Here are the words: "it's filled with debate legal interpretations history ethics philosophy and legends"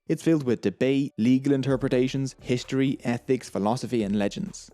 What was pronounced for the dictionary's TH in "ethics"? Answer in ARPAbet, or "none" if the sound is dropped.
TH